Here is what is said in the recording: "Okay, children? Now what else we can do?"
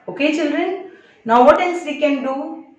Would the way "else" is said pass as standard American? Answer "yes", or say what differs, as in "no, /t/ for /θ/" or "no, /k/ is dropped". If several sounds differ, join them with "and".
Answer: no, /n/ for /l/